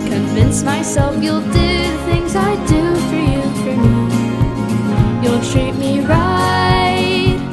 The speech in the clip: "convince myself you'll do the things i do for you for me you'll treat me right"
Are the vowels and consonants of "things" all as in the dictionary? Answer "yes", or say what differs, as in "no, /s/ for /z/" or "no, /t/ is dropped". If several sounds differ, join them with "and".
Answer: yes